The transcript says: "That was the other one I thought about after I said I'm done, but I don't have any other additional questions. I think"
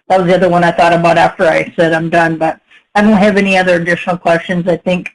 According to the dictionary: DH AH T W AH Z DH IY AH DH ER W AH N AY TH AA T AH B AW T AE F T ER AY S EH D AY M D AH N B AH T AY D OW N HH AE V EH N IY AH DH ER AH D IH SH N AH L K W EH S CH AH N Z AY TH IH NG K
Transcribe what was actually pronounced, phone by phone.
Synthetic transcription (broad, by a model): DH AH T W AH Z DH IY AH DH ER W AH N AY TH AA T AH B AW T AE F T ER AY S EH D AY M D AH N B AH T AY D OW N HH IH V EH N IY AH DH ER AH D IH SH N L K W EH S CH AH N Z AY TH IH NG K